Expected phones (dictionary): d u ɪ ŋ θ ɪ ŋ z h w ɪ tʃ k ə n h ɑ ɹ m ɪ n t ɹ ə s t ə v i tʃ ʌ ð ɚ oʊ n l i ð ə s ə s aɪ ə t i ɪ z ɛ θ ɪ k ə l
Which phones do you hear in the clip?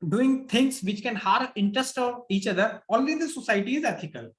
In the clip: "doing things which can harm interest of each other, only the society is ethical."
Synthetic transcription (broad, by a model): d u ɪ ŋ t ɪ ŋ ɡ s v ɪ tʃ k ə n h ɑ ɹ ɪ n t ɹ ə s t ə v i tʃ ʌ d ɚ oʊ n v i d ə s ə s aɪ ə t i ɪ z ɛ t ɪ k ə l